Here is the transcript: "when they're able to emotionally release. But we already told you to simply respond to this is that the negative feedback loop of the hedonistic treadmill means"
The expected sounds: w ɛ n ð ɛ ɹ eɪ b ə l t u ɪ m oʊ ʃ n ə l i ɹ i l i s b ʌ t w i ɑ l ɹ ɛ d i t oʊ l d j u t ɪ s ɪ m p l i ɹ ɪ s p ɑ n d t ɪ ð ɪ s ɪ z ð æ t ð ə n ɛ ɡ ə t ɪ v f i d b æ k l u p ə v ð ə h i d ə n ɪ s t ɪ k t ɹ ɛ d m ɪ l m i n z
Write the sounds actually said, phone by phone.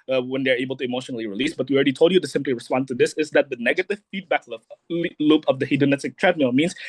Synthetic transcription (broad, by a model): w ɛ n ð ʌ ɹ eɪ b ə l t u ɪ m oʊ ʃ n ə l i ɹ i l i s b ʌ t w i ɑ l ɹ ɛ d i t oʊ l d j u t ɪ s ɪ m p l i ɹ ɪ s p ɑ n d t ɪ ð ɪ s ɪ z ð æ t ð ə n ɛ ɡ ə t ɪ v f i d b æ k l u p ə v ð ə h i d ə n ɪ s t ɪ k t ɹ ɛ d m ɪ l m i n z